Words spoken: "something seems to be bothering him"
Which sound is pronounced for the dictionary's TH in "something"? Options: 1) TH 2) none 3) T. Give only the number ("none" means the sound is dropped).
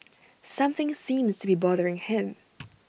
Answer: 1